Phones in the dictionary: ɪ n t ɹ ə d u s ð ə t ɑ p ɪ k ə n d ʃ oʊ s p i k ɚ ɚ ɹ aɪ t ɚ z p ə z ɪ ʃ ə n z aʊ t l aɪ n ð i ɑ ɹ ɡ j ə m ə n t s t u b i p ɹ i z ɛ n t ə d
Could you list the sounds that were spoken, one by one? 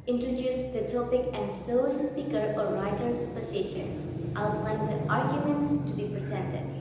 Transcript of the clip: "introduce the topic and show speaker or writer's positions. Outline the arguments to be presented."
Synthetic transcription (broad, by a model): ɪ n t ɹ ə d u s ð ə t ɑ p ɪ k ə n d s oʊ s p i k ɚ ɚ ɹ aɪ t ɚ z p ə s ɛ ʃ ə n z aʊ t l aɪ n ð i ɑ ɹ ɡ j ə m ə n t s t u b i p ɹ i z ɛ n t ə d